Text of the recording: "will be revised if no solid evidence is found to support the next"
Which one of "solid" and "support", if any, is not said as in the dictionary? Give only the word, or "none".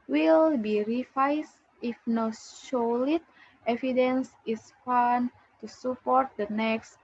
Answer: solid